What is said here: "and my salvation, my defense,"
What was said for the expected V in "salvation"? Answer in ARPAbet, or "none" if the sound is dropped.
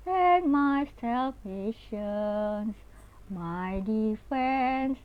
P